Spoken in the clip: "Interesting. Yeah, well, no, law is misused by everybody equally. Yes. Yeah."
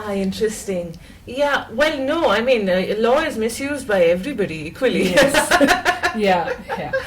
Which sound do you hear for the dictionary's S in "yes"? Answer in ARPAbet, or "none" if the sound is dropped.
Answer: none